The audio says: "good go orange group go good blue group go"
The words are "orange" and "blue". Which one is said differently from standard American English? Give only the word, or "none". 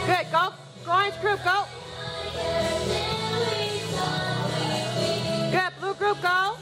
orange